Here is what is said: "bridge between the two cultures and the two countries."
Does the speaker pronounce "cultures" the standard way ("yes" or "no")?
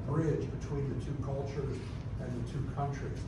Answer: yes